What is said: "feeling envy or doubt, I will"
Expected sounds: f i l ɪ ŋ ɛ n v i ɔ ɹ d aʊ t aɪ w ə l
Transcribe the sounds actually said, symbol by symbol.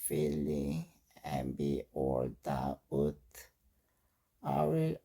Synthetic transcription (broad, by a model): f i l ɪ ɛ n b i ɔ l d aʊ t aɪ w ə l